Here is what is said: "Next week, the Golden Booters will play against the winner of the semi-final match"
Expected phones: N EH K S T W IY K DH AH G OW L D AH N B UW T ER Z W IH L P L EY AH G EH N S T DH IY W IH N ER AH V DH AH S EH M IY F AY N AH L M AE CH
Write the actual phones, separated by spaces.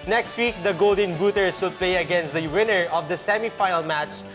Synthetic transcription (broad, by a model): N EH K S T W IY K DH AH G OW L D AH N B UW T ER S W IH L P L EY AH G EH N S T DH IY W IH N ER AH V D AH S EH M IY F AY AH L M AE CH